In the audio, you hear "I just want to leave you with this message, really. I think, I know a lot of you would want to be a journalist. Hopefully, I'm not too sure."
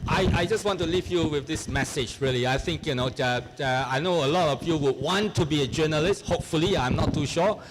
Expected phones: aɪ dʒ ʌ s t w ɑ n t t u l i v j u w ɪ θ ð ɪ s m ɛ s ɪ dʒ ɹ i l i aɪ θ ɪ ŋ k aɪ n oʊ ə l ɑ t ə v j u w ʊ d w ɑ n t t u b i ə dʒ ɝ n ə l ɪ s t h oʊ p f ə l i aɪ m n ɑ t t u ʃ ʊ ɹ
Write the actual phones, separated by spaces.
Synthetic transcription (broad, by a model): aɪ dʒ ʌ s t w ɑ n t t u l i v j u w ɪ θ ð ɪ s m ɛ s ɪ dʒ ɹ i l i aɪ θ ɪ ŋ k aɪ n oʊ ə l ɑ t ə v j u w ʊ d w ɑ n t t u b i ə dʒ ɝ n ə l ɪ s t h oʊ p f ə l i aɪ m n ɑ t t u ʃ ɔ